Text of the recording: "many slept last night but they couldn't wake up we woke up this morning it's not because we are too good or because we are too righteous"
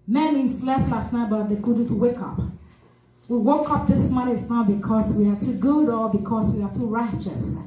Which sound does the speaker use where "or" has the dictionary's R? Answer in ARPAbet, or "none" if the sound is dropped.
L